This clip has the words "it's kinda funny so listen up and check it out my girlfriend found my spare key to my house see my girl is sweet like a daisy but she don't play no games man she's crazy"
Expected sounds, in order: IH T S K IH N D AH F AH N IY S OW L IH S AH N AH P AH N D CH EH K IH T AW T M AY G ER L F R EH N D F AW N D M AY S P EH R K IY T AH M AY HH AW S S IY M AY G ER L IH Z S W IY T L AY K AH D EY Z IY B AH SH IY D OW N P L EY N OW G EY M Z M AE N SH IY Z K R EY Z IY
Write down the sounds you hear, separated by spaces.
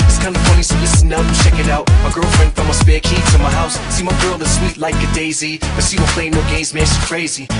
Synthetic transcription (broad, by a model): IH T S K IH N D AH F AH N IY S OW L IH S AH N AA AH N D CH EH K IH T AW T M AY G ER L F R EH N D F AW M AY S B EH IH K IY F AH M AY HH AW S S IY M AY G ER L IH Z S W IY T L AY K AH D EY Z IY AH S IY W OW P L EY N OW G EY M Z M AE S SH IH K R EY Z IY